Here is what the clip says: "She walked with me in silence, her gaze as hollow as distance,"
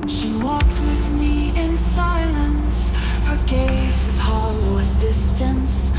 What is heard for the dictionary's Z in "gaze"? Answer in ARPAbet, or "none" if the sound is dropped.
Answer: S